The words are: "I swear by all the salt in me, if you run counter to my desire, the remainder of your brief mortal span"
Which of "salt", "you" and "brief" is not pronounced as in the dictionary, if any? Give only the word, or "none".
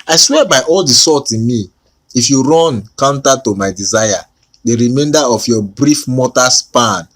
salt